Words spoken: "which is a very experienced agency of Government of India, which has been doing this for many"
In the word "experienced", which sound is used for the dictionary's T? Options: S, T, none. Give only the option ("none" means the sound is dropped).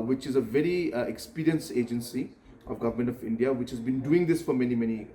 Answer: none